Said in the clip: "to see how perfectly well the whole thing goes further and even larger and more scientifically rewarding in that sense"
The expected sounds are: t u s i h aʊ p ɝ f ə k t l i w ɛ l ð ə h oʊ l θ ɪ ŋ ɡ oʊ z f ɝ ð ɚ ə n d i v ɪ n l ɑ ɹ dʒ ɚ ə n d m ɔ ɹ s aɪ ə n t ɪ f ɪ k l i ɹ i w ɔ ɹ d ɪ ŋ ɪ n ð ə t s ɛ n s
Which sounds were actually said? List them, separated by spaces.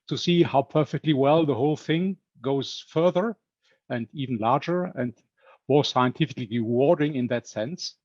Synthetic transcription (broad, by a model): t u s i h aʊ p ɝ f ə k t l i w ɛ l ð ə h oʊ l θ ɪ ŋ ɡ oʊ z f ɝ ð ɚ ə n d i v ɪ n l ɑ ɹ dʒ ɚ ə n d m ɔ ɹ s aɪ ə n t ɪ f ɪ k l i ɹ i w ɔ ɹ d ɪ ŋ ɪ n ð ə t s ɛ n s